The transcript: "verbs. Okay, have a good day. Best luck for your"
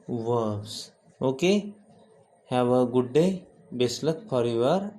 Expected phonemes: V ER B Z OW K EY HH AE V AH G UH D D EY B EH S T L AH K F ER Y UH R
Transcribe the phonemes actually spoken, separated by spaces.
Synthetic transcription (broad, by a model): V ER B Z OW K EY HH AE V AH G UH D D EY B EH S L AH K P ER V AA R